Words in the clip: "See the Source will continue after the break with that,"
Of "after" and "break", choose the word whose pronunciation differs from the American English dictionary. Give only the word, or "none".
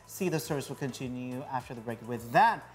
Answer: none